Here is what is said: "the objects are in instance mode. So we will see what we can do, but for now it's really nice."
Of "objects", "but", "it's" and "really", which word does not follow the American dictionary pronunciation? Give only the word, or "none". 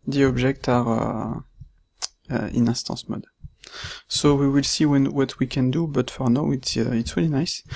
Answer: objects